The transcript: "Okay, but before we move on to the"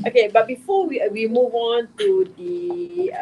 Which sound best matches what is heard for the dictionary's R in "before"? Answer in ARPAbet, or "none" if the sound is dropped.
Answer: W